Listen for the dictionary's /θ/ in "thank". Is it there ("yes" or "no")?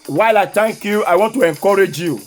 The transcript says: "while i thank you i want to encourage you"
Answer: no